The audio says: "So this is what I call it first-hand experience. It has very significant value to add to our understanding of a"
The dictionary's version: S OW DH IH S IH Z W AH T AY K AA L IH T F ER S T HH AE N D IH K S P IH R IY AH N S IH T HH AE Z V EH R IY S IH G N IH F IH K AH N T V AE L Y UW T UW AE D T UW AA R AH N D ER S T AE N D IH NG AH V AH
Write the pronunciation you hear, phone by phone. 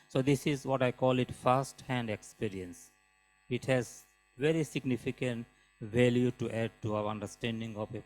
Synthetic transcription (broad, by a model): S OW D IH S IH Z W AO T AY K AA L IH T F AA S T HH AE N D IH K S P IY R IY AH N S IH T HH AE Z V EH R IY S IH G N IH F IH K AH N T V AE L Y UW T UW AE D T UW AA R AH N D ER S T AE N D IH NG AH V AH